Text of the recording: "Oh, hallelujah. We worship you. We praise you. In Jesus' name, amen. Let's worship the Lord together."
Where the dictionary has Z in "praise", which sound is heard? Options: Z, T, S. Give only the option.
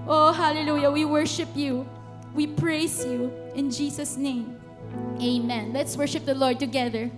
S